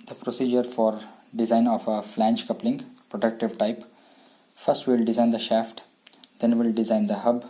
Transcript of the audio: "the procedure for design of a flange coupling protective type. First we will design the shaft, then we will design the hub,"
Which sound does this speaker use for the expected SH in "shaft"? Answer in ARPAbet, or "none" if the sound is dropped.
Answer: SH